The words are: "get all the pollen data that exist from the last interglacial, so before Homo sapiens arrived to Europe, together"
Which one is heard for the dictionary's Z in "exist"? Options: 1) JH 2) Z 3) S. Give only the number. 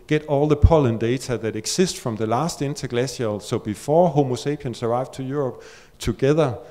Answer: 3